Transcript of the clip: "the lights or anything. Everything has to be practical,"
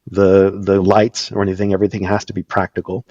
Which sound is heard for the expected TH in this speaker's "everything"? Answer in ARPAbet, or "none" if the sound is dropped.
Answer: TH